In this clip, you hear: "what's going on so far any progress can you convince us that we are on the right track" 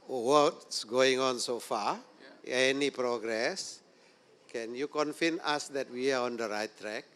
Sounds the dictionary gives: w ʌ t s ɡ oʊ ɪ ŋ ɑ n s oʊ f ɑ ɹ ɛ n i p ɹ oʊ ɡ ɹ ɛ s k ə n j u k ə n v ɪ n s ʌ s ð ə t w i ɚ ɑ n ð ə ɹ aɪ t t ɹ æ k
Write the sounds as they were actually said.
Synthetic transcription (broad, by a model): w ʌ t s ɡ oʊ ɪ ŋ ɑ n s oʊ f ɑ ɛ n i p ɹ oʊ ɡ ɹ ɛ s k ə n j u k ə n f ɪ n ɑ s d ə t w i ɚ ɑ n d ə ɹ aɪ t t ɹ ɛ k